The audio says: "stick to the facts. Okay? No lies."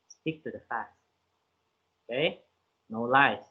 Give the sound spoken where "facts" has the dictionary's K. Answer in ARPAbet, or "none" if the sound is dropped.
none